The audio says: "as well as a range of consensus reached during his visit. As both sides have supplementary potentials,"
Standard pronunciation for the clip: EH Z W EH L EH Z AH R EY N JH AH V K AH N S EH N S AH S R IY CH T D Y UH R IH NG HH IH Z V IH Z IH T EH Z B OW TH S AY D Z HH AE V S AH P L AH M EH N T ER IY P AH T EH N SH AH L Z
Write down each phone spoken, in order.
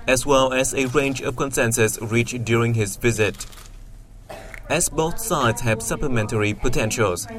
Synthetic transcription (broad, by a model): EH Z W EH L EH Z AH R EY N JH AH V K AH N S EH N S AH S R IY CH D Y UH R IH NG HH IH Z V IH Z IH T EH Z B OW TH S AY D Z HH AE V S AH P L AH M EH N T ER IY P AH T EH N SH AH L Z